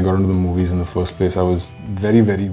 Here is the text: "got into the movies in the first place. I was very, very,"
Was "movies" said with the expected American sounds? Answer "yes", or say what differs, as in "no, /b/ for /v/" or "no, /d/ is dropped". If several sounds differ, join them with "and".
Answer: yes